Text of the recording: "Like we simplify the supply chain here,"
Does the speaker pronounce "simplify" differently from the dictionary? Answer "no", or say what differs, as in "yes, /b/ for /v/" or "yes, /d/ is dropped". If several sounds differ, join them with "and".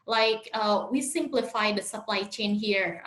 no